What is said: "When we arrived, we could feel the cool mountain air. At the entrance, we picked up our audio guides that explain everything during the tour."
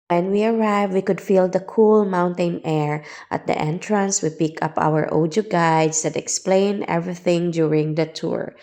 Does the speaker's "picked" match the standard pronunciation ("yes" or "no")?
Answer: no